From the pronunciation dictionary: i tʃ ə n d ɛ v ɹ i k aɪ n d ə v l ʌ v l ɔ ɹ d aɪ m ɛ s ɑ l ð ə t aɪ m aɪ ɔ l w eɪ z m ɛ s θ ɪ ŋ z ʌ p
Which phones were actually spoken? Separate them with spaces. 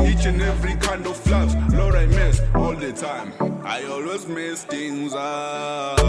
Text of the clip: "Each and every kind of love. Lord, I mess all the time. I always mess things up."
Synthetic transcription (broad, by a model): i tʃ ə n ɛ v ɹ i k aɪ n d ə f l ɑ b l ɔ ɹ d aɪ m ɛ s ɑ l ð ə t aɪ m aɪ ɔ l w eɪ z m ɛ s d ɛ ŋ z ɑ